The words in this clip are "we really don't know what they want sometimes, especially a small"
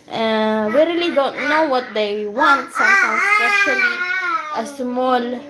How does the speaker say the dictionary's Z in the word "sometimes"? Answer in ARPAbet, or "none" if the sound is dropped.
S